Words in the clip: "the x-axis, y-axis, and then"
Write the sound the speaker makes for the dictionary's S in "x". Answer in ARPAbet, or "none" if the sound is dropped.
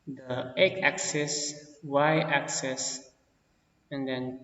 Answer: none